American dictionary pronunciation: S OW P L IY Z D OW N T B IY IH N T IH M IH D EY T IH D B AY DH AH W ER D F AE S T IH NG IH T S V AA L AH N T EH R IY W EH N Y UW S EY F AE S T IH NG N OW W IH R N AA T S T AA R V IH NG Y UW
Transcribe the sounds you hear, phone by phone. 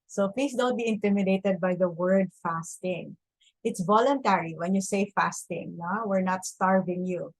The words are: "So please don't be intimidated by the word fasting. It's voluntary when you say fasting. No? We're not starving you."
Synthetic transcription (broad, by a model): S OW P L IY S D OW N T B IY IH N T IH M IH D EY T IH D B AY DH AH W ER D F AE S T IH NG IH T S V AA L AH N T EH R IY W EH N Y UW S EY F AE S T IH NG N OW W IH R N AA T S T AA R V IH NG Y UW